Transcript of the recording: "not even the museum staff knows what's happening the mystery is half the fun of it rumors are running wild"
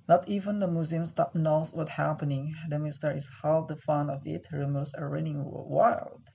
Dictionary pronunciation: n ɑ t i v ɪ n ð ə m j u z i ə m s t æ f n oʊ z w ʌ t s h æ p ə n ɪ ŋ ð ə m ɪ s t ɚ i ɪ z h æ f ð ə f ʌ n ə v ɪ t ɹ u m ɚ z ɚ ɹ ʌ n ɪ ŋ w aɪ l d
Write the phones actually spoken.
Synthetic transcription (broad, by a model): n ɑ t i v ɪ n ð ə m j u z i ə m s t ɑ p n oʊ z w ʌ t h æ p ə n ɪ ŋ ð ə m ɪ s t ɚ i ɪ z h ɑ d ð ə f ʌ n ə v ɪ t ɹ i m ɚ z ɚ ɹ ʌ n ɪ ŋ w aɪ l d